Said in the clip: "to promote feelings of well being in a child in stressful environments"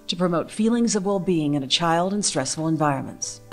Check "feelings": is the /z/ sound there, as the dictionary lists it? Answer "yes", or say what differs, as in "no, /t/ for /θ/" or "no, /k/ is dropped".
yes